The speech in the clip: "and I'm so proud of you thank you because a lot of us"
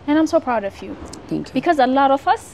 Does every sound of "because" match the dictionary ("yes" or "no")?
yes